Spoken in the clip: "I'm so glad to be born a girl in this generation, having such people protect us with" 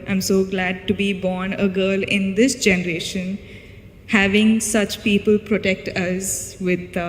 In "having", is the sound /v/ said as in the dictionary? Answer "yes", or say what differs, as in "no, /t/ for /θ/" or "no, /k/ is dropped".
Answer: yes